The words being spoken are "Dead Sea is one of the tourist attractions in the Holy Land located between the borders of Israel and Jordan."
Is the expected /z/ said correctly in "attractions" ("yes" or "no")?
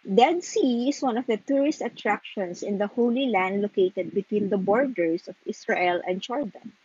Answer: no